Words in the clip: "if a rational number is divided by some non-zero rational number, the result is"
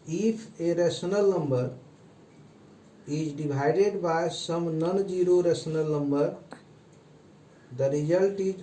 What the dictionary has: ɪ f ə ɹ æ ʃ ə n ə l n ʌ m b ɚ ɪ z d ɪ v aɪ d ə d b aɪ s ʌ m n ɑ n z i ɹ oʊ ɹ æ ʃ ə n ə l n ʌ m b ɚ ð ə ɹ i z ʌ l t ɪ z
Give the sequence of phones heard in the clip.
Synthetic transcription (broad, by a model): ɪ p ə ɹ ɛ s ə n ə l n ʌ m b ɚ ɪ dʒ d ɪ b aɪ d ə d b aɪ s ʌ m n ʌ n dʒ i ɹ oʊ ɹ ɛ s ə n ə l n ʌ m b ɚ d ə ɹ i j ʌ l t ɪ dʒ